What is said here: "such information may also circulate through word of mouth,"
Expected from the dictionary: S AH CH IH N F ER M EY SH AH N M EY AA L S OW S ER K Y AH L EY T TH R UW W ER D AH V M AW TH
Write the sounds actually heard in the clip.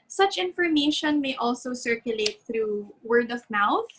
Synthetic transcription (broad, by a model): S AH CH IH N F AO M EY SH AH N M EY AA L S OW S ER K Y AH L EY T TH R UW W ER D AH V M AW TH